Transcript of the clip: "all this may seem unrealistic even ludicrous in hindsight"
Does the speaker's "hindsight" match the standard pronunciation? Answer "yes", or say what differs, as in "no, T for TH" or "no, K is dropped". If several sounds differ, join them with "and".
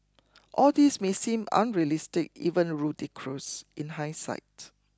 no, N is dropped